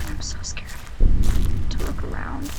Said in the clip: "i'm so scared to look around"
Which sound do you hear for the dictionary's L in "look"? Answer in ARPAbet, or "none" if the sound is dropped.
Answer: W